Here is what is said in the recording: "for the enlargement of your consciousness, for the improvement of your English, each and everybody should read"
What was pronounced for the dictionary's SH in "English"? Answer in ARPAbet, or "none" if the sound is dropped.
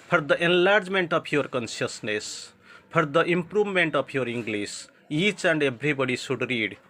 S